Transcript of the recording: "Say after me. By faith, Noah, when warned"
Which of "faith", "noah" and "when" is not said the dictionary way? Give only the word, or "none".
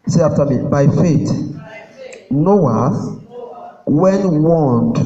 faith